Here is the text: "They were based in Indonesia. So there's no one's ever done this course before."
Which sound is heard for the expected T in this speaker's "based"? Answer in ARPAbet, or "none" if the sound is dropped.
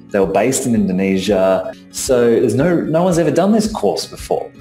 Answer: T